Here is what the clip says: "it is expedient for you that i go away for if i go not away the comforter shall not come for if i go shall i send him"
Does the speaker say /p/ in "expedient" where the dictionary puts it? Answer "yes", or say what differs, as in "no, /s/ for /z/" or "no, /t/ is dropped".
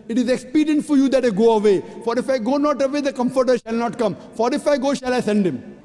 yes